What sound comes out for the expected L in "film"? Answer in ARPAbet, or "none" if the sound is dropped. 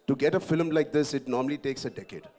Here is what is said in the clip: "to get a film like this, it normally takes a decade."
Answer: L